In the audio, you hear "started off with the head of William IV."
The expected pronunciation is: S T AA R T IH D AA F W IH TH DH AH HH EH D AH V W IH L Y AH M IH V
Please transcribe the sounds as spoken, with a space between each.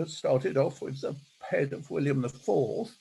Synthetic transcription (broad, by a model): S T AA R T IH D AA F W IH DH AH HH EH D AH V W IH L Y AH M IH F